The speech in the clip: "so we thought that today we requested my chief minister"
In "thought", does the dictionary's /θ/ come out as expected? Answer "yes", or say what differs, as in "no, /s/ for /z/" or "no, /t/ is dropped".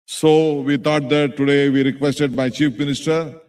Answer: no, /t/ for /θ/